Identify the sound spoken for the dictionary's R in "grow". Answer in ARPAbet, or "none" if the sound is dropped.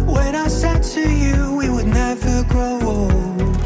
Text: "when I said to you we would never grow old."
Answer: none